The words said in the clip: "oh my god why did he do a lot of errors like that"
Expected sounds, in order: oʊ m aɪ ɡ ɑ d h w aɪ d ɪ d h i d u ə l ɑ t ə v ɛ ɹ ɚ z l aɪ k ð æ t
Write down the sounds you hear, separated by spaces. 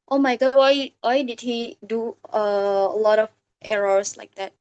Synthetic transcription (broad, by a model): oʊ m aɪ ɡ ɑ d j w aɪ d ɪ d h i d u ə l ɑ t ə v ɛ ɹ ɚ s l aɪ k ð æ t